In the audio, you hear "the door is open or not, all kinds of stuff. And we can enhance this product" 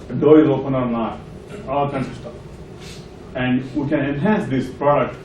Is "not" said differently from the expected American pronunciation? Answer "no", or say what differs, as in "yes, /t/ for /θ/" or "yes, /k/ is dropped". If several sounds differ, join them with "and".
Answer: yes, /l/ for /n/